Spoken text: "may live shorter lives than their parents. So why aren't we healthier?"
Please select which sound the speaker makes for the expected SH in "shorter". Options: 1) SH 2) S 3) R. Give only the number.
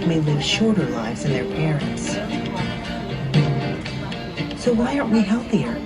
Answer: 1